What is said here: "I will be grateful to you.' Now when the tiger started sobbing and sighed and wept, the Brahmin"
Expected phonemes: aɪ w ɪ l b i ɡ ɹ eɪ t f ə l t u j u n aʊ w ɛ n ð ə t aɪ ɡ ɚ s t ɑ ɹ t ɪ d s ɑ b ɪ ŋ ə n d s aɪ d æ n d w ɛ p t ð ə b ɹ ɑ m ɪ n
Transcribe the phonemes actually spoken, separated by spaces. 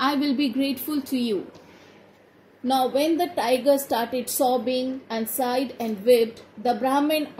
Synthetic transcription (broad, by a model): aɪ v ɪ l b i ɡ ɹ eɪ t f ə l t u j u n aʊ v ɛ n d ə t aɪ ɡ ɚ s t ɑ ɹ t ɪ d s ɑ b ɪ ŋ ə n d s aɪ d æ n d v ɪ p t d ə b ɹ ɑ m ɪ n